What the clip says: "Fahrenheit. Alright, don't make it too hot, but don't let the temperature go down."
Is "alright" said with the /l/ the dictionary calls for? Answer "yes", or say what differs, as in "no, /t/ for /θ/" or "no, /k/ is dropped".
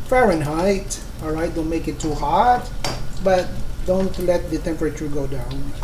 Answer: yes